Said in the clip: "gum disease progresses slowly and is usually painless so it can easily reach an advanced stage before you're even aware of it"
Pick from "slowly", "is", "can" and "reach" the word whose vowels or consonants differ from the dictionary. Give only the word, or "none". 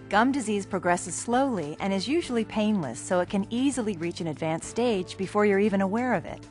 none